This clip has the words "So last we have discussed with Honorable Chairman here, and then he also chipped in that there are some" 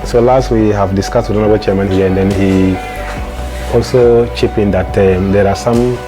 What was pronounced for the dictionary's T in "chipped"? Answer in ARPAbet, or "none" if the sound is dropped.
none